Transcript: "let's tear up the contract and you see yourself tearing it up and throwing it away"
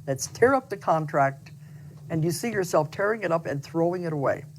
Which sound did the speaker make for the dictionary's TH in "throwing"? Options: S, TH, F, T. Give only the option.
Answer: TH